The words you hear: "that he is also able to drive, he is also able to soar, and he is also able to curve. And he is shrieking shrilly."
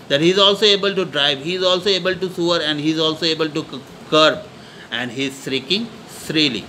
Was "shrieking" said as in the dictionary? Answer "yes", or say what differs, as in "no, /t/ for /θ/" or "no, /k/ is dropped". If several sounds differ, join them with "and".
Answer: no, /s/ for /ʃ/